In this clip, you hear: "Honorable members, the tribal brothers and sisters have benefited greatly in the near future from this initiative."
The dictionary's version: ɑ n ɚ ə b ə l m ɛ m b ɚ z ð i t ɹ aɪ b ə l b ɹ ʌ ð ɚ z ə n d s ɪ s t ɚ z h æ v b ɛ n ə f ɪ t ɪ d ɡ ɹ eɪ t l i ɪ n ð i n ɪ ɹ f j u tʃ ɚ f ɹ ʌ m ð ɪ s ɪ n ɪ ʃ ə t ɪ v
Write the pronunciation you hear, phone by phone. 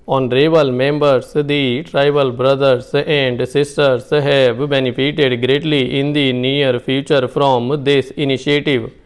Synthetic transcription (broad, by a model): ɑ n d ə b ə l m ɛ m b ɚ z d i t ɹ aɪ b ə l b ɹ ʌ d ɚ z ə n d s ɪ s t ɚ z h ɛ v b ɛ n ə p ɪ t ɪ d ɡ ɹ eɪ t l i ɪ n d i n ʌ ɹ p j u tʃ ɚ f ɹ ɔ m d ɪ s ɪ n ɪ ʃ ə t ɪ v